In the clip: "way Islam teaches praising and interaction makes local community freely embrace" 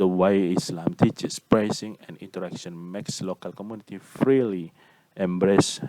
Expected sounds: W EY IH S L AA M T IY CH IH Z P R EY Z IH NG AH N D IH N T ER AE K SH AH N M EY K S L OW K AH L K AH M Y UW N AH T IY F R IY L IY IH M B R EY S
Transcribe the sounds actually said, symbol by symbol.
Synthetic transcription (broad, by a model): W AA IH S L AA M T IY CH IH S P R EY S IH NG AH N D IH N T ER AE K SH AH N M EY K S L OW K AH L K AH M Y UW N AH T IY F R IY L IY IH M B R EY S